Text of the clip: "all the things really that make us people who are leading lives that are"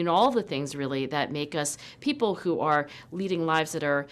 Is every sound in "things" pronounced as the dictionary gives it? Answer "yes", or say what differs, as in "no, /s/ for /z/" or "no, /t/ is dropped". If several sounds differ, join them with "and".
yes